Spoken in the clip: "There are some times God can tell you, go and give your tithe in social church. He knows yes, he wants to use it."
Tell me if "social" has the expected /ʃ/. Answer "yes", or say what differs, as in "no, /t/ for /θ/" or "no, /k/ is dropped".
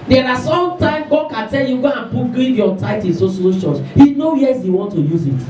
no, /s/ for /ʃ/